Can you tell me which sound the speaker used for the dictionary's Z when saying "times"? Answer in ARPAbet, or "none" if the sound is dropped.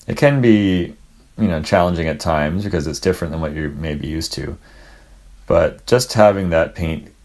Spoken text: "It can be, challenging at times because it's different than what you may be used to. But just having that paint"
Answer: Z